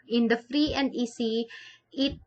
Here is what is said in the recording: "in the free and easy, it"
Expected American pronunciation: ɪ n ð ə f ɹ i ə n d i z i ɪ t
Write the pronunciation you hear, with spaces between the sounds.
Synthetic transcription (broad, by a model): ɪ n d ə f ɹ i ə n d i s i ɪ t